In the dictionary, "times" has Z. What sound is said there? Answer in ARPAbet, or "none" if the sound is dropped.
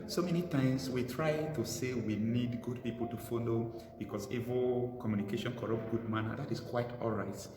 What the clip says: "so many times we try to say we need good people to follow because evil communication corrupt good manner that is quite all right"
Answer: S